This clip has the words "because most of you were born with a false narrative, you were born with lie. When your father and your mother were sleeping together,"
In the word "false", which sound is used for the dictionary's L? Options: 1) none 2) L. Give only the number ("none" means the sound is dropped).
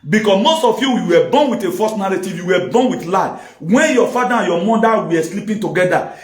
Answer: 1